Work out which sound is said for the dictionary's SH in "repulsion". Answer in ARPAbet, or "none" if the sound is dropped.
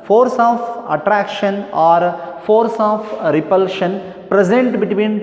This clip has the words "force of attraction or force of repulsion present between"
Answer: SH